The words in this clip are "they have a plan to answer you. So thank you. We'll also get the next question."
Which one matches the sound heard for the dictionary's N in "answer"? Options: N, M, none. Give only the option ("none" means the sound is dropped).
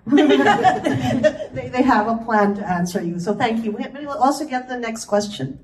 N